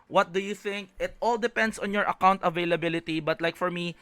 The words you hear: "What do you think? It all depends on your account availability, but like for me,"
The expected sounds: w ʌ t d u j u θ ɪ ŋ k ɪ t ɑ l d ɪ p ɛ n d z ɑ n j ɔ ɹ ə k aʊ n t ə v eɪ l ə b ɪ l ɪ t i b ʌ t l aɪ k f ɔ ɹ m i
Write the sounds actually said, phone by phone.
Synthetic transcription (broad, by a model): w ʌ t d u j u θ ɪ ŋ k ɪ t ɑ l d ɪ p ɛ n d s ɑ n j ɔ ɹ ə k aʊ n t ə v eɪ l ə b ɪ l ɪ t i b ʌ t l aɪ k f ɔ ɹ m i